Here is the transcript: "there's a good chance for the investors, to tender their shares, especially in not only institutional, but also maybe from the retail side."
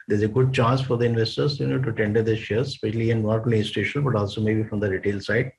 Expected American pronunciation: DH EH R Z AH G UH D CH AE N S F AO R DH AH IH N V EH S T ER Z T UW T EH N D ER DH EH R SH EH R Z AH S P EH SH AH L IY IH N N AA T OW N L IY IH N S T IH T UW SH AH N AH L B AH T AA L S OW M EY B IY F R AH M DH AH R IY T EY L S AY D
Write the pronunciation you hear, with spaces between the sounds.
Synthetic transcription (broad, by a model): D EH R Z AH G UH D CH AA N S F AO R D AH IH N V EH S T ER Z T UW T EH N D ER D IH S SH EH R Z S P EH SH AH L IY IH N N AA T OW L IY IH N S T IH SH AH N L B AH T AA L S OW M EY B IY F R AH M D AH R IY T EY L S AY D